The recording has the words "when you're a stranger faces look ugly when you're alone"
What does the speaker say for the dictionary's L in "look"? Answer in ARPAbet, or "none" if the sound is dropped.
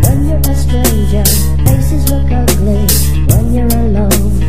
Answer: W